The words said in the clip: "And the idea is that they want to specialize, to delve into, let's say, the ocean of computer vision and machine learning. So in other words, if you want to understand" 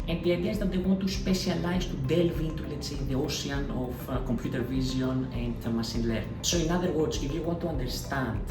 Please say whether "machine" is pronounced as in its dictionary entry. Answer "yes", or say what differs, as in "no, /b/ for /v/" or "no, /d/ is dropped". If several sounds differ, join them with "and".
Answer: no, /s/ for /ʃ/